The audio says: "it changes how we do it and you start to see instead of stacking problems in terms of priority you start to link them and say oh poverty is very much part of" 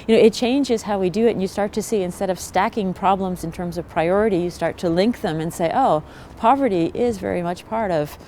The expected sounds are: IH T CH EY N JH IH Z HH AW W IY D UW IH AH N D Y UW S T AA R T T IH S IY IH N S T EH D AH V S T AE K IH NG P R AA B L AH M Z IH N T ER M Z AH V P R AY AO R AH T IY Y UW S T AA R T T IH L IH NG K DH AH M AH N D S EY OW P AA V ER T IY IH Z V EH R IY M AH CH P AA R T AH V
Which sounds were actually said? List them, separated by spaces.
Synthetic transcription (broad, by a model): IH T CH EY N JH IH Z HH AW W IY D IH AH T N Y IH S T AA R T T IH S IY IH N S T EH D AH V S T AE K IH NG P R AA B L AH M Z IH N T ER M Z AH V P R AY AO R AH T IY Y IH S T AA R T T IH L IH NG K DH AH M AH N S EY OW P AA V ER T IY IH Z V EH R IY M AH CH P AA R T AH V